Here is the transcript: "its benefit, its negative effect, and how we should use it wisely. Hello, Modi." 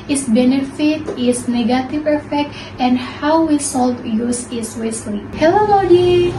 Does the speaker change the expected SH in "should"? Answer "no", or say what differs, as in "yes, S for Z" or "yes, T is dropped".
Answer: yes, S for SH